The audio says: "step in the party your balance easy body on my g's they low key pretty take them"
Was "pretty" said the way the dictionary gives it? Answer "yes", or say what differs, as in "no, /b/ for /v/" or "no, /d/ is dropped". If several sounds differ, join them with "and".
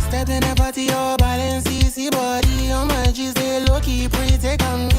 no, /ɹ/ is dropped